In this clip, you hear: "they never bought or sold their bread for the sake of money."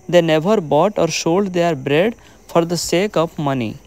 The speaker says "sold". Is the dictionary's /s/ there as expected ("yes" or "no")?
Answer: no